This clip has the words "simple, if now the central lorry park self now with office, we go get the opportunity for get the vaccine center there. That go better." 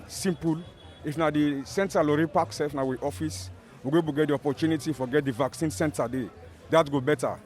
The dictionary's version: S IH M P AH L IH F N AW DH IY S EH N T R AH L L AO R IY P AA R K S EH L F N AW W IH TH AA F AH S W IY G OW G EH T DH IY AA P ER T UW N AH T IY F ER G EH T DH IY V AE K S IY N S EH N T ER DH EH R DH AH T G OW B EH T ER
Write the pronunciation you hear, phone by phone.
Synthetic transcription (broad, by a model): S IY M P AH L IH F N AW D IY S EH N T AH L L AO R IY P AA K S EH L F N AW W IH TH AA F AH S W IY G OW G EH T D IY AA P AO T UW N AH T IY F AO G EH T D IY V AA K S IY N S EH N T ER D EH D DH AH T G OW B EH T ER